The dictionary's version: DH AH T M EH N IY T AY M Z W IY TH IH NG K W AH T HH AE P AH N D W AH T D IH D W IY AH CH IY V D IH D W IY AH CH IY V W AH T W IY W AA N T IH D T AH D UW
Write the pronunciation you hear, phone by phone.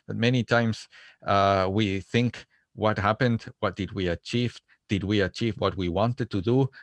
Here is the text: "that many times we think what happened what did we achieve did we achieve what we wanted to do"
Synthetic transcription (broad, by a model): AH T M EH N IY T AY M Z W IY TH IH NG K W AH T HH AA P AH N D W AH T D IH D W IY AH CH IY V D IH D W IY AH CH IY V W AH T W IY W AA N T IH D T AH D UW